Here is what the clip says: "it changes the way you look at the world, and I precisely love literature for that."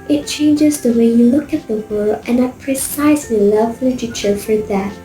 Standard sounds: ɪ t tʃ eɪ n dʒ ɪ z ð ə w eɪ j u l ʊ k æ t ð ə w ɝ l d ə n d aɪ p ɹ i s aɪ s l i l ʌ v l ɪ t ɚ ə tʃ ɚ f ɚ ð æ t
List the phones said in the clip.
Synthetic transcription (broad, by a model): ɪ t tʃ eɪ n dʒ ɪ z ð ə w eɪ j u l ʊ k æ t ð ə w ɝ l ə n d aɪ p ɹ i s aɪ s l i l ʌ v l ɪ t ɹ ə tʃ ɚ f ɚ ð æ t